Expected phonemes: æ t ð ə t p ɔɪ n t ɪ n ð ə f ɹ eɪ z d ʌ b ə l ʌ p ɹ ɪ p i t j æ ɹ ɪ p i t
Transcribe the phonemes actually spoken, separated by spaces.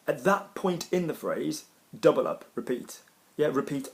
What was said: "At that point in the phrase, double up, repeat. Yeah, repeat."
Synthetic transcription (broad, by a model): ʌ t ð ə t p ɔɪ n t ɪ n ð ə f ɹ eɪ z d ʌ b ə l ʌ p ɹ ɪ p i t j æ ɹ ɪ p i t